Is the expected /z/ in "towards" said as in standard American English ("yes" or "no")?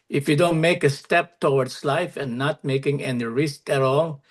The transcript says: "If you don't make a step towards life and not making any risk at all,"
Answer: no